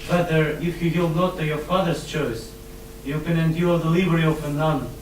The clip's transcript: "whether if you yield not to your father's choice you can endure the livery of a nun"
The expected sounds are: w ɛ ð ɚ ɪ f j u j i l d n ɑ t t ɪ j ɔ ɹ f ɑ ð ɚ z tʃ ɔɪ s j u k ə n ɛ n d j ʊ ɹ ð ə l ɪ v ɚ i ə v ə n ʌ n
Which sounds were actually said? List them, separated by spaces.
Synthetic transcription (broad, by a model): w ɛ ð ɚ ɪ f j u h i l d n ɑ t t ɪ j ɔ ɹ f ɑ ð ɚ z tʃ ɔɪ s j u k ə n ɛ n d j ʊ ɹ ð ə l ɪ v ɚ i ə f ə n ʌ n